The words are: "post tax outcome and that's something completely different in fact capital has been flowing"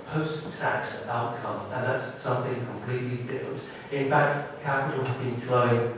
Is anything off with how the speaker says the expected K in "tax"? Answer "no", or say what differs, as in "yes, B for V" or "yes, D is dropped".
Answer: no